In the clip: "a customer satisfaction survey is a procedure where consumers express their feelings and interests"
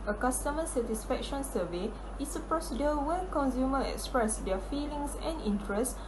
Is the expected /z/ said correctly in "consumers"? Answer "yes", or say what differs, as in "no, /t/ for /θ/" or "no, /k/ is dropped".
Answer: no, /z/ is dropped